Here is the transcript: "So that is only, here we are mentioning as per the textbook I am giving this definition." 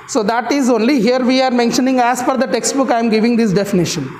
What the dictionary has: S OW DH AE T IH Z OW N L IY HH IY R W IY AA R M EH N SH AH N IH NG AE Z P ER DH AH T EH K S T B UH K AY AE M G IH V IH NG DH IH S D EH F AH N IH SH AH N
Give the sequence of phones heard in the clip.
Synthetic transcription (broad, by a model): S OW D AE T IH Z OW N L IY HH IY R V IY AA R M EH N SH AH N IH NG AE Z F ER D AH T EH K S T B UH K AY M G IH V IH NG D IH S D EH F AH N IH SH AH N